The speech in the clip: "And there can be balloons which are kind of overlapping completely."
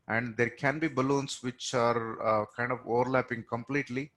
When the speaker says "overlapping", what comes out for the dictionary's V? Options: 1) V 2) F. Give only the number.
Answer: 1